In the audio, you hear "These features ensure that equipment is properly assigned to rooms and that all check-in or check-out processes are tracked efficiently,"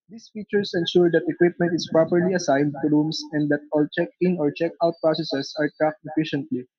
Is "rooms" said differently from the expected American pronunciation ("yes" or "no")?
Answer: yes